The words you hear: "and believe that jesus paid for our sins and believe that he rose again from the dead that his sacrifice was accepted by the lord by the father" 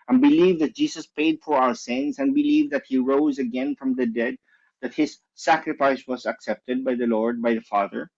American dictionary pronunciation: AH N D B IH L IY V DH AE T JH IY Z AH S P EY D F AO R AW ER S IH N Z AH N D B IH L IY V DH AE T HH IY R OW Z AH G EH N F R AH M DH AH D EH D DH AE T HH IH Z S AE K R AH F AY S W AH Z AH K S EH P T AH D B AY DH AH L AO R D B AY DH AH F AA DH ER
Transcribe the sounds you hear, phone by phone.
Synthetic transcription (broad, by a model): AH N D B IH L IY V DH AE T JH IY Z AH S P EY D F AO R AW ER S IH N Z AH N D B IH L IY V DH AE T HH IY R OW Z AH G EH N F R AH M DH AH D EH D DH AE T HH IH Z S AE K R AH F AY S W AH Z AH K S EH P T AH D B AY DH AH L AO R D B AY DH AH F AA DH ER